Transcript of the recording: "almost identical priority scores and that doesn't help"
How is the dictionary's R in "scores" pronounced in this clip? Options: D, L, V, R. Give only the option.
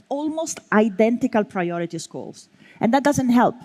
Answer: L